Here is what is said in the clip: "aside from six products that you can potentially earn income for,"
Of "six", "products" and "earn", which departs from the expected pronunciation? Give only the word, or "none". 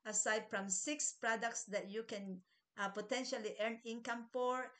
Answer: none